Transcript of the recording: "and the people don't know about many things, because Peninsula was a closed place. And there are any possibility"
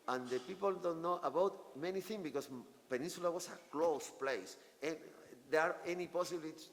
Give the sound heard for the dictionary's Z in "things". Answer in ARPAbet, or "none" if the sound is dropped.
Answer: none